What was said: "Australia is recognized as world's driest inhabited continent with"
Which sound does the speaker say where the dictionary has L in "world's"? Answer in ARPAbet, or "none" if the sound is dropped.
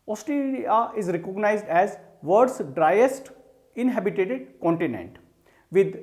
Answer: none